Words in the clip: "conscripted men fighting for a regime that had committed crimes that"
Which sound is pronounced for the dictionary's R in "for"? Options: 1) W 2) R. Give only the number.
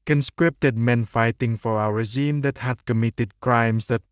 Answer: 1